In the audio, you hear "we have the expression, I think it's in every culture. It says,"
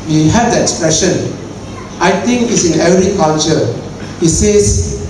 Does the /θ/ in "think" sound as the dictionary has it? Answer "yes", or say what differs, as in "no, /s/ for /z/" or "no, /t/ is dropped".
no, /t/ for /θ/